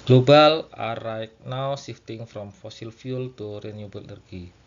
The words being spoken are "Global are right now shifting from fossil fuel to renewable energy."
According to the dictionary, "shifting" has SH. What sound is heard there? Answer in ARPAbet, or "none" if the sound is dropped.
S